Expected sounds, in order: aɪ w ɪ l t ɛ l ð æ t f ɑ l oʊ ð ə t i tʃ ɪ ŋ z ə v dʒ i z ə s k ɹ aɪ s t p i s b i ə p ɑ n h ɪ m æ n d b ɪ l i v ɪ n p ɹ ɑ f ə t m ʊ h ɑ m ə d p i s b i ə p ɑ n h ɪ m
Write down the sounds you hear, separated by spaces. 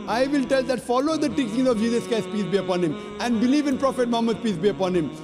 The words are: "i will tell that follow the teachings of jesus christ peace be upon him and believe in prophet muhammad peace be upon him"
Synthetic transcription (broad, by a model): aɪ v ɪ l t ɛ l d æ t f ɑ l oʊ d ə t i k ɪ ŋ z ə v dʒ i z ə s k aɪ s p i s b i ə p ɑ n h ɪ m æ n d b ɪ l i v ɪ n p ɹ ɑ f ə t m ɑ m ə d p i s b i ə p ɑ n h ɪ m